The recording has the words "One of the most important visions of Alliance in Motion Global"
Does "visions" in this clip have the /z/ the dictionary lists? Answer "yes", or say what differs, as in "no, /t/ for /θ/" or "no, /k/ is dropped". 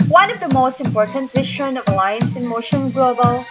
no, /z/ is dropped